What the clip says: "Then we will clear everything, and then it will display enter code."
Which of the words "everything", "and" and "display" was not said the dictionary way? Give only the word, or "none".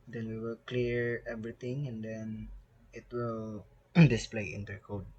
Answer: everything